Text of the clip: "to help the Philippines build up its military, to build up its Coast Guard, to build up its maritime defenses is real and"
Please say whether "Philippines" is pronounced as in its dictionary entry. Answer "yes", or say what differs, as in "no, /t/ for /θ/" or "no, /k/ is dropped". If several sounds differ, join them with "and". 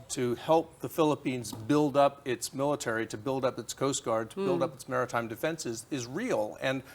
yes